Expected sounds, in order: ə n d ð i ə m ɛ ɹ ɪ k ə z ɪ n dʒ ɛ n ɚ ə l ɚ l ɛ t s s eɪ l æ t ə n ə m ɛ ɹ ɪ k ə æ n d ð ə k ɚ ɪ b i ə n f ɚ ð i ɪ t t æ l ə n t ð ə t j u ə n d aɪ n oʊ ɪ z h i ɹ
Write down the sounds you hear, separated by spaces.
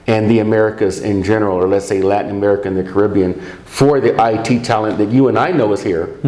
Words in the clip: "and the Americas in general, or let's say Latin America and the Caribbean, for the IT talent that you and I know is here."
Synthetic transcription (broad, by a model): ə n ð i ə m ɛ ɹ ɪ k ə z ɪ n dʒ ɛ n ɚ l ɚ l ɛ t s s eɪ l æ t n ə m ɛ ɹ ɪ k ə n ð ə k ɚ ɪ b i ə n f ɚ ð i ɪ t t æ l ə n ð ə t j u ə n aɪ n oʊ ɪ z h i ɹ